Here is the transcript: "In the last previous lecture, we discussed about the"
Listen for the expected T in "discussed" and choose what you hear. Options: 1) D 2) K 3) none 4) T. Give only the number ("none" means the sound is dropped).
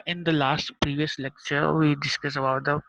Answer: 3